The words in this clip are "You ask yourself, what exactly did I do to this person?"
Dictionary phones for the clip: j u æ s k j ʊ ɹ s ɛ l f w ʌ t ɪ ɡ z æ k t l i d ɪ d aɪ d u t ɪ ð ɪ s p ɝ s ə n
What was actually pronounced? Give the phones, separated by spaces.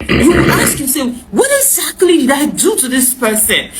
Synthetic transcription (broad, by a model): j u æ s k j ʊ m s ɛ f w ʌ t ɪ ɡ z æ k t l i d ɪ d aɪ d u t ɪ ð ɪ s p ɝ s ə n